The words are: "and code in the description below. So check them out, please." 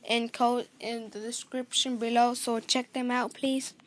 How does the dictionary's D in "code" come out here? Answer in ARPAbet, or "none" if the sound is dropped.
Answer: none